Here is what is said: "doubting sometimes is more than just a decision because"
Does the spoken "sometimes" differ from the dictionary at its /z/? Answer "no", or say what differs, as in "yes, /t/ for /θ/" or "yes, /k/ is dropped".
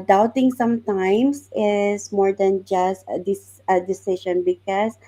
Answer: yes, /s/ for /z/